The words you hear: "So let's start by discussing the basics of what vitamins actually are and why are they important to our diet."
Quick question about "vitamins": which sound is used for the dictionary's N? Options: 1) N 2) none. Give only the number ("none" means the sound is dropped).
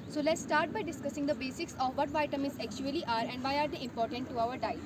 2